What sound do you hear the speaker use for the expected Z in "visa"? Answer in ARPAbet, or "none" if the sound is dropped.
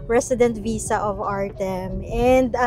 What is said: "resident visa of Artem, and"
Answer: S